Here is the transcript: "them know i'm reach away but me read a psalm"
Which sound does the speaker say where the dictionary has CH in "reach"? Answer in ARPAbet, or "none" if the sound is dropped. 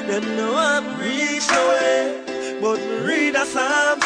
none